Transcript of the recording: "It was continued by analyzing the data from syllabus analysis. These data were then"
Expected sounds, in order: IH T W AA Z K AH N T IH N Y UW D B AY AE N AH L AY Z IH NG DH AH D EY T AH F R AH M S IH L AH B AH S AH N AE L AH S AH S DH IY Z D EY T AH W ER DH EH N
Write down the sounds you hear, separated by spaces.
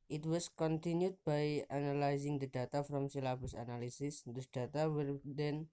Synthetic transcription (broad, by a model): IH T W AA S K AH N T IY N Y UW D B AY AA N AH L AY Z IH NG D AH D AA T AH F R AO M S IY L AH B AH S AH N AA L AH S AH S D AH D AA T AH W ER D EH N